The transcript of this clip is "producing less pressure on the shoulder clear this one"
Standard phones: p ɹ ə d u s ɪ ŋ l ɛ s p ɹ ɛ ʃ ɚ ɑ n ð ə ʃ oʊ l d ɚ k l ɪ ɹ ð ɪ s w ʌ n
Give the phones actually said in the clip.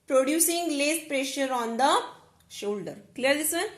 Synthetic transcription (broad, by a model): p ɹ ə d u s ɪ ŋ l ɛ s p ɹ ɛ ʃ ɚ ɑ n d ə ʃ oʊ l d ɚ k l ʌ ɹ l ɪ s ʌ n